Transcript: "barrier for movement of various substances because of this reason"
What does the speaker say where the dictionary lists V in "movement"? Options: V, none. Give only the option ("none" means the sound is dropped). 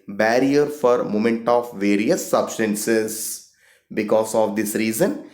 none